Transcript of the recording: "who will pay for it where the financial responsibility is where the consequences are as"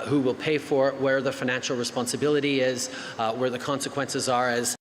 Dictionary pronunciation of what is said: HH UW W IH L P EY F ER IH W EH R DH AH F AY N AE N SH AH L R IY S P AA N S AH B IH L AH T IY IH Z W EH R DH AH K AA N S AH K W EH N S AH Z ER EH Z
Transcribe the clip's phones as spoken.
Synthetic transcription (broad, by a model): HH UW W IH L P EY F ER W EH R DH AH F AY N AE N SH L R IY S P AA N S AH B IH L AH T IY IH Z W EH R DH AH K AA N S AH K W EH N S AH Z ER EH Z